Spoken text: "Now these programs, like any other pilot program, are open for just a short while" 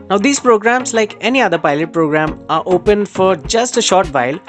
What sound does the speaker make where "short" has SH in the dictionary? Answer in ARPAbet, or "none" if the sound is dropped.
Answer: SH